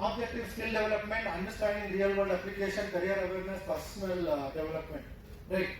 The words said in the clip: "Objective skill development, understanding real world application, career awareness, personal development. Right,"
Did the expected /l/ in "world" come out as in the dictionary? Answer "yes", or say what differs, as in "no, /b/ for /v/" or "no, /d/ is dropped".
no, /l/ is dropped